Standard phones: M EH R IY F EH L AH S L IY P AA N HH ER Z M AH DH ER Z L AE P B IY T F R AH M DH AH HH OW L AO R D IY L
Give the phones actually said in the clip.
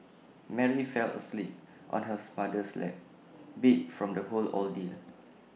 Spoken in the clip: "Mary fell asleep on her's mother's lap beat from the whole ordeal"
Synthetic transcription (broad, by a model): M EH R IY F EH L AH S L IY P AA N HH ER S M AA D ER S L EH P B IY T F R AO M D AH HH OW L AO L D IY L